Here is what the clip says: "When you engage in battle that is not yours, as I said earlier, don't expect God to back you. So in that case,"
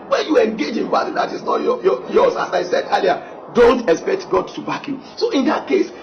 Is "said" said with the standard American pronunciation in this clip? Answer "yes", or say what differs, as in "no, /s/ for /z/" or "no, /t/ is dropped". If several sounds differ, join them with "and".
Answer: yes